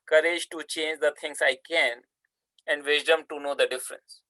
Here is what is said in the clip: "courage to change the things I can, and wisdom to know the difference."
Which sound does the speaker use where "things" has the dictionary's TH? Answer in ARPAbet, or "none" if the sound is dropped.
T